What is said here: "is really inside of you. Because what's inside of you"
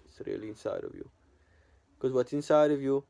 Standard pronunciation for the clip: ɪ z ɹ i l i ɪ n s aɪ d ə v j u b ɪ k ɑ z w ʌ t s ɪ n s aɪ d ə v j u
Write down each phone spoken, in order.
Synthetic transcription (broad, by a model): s ɹ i l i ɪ n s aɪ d ə v j u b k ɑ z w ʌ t ɪ n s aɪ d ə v j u